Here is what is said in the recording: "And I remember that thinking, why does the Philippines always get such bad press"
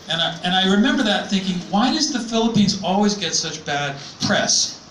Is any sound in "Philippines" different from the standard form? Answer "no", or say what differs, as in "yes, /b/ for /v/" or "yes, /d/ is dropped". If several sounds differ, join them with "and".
no